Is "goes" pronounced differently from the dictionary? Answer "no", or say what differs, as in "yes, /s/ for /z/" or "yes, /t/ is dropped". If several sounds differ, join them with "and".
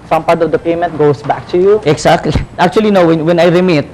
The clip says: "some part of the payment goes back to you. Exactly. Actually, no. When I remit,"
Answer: yes, /s/ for /z/